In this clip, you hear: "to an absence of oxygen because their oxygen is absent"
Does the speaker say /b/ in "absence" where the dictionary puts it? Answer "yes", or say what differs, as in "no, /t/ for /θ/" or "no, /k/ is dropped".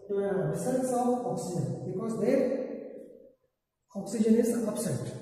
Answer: no, /b/ is dropped